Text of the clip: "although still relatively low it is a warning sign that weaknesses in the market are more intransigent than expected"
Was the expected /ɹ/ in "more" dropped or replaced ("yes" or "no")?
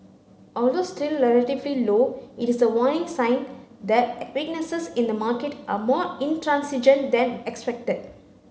no